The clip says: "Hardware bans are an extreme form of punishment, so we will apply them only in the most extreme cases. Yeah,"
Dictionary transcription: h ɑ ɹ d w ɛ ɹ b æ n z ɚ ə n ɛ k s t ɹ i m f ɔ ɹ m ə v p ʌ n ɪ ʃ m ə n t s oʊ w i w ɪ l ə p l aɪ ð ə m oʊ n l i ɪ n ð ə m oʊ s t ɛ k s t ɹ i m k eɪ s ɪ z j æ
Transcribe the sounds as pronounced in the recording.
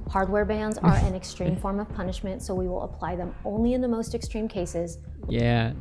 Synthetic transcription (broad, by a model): h ɑ ɹ d w ɛ ɹ b æ n z ɚ ə n ɛ k s t ɹ i m f ɔ ɹ m ə v p ʌ n ɪ ʃ m ə n t s oʊ w i w ɪ l ə p l aɪ ð ə m oʊ n l i ɪ n ð ə m oʊ s t ɛ k s t ɹ i m k eɪ s ɪ z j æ